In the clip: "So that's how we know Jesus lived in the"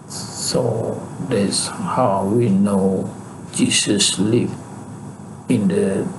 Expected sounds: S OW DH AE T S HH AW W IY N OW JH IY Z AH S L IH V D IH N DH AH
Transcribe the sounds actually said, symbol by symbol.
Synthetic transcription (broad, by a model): S OW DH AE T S HH AW W IY N OW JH IY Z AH S L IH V IH N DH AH